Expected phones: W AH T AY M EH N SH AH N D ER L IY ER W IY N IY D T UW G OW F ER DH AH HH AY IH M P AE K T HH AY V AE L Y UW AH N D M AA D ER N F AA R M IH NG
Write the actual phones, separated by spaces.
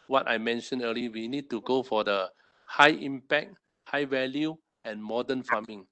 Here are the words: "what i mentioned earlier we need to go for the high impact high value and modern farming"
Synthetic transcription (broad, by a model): W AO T AY M EH N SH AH N ER L IY W IY N IY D T UW G OW F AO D AH HH AY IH M P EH K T HH AY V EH L Y UW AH N M AA D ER N F AA M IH NG